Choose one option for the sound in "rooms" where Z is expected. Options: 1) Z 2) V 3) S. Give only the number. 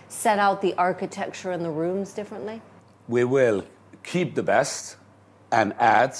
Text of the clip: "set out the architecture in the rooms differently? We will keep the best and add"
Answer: 1